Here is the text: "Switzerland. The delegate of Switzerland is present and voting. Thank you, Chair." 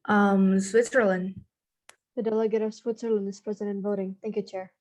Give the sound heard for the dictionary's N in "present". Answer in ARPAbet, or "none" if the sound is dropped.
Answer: none